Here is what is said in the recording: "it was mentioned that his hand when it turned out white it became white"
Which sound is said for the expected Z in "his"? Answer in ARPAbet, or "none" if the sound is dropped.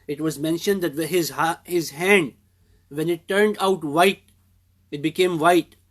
Z